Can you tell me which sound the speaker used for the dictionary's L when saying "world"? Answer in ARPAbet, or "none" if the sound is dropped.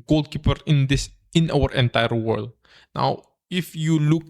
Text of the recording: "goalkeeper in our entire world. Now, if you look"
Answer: L